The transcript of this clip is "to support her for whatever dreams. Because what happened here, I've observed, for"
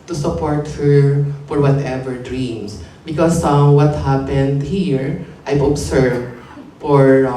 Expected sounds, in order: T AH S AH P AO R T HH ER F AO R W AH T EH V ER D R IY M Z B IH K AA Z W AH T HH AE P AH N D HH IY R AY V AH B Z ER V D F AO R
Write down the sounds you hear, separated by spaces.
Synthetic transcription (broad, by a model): T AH S AH P AO R T HH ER F AO R W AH T EH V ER D R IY M S B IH K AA S W AH T HH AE P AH N D HH IY R AY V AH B S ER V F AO R